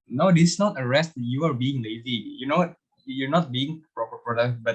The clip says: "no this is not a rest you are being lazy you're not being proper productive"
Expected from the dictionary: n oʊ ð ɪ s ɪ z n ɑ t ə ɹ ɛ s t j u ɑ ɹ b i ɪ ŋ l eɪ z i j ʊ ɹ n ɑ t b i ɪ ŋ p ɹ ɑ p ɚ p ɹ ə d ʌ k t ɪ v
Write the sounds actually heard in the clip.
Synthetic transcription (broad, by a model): n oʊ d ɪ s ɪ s n ɑ t ə ɹ ɛ s t j u ɑ ɹ b i ɪ ŋ l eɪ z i j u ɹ n ɑ t b i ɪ ŋ p ɹ ɑ p ɚ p ɹ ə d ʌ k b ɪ